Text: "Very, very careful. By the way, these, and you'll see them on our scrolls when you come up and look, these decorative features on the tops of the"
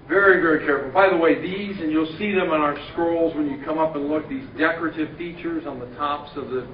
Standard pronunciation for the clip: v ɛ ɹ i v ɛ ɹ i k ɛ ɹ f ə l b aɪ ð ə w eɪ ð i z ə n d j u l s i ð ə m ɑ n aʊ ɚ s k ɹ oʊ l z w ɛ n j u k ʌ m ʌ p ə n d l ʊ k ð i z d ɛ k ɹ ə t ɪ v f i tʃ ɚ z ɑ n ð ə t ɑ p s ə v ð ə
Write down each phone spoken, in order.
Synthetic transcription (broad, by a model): v ɛ ɹ i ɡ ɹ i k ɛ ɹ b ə b aɪ ð ə w eɪ ð i z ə n j u l s i ð ə m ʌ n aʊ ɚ s k ɹ oʊ l z w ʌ n j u k ʌ m ʌ p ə n l ʊ k ð i z d ɛ k ɹ ə t ɪ v f i tʃ ɚ z n ð ə t ɑ p s ə v ð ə